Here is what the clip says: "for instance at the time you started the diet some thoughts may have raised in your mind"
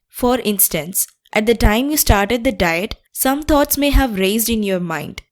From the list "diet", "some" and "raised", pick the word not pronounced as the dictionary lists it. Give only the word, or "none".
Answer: none